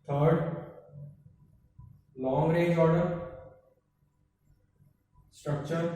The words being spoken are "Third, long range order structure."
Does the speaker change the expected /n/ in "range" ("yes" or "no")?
yes